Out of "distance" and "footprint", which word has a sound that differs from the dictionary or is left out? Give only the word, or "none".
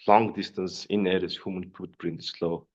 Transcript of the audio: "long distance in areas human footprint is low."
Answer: footprint